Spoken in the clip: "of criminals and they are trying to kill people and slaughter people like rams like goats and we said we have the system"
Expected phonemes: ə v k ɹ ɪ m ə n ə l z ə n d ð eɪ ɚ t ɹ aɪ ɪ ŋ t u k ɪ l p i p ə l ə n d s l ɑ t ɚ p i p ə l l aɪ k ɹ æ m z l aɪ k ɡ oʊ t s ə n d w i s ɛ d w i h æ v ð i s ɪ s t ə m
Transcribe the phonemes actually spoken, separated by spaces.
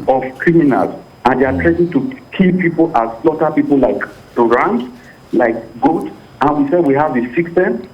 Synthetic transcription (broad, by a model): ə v k ɹ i m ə n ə l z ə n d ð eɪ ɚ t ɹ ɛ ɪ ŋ t u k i p i p ə l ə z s l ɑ t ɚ p i p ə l l aɪ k ɹ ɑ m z l aɪ k ɡ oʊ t ə n w i s ɛ d w i h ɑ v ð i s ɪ s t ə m